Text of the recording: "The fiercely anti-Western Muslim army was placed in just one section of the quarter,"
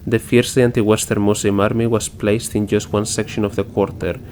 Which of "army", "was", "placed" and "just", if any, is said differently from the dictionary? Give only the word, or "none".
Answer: was